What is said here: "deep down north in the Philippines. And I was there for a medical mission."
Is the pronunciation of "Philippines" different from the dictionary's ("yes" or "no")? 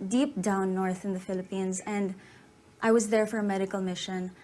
no